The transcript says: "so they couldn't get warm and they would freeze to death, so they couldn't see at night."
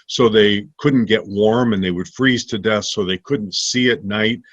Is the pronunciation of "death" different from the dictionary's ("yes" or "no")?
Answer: no